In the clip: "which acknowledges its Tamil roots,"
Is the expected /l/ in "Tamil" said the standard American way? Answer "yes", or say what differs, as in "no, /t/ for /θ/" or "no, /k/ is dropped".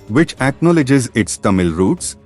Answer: yes